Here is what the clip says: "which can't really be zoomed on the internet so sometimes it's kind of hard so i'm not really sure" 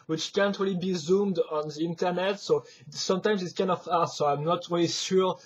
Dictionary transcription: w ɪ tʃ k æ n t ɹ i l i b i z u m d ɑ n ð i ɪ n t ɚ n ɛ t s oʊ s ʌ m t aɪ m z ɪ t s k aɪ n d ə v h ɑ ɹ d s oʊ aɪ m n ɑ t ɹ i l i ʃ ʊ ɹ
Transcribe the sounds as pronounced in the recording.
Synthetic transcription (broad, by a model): w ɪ tʃ k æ n t ɹ i l i b i z u m d ɑ n ð i ɪ n t ɚ n ɛ t s oʊ s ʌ m t aɪ m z ɪ t s k aɪ n d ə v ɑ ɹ s oʊ aɪ m n ɑ t ɹ i l i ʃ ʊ ɹ